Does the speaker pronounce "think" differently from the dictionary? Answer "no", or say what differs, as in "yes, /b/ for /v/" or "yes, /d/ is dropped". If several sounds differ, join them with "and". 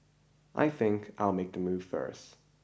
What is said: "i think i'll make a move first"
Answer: no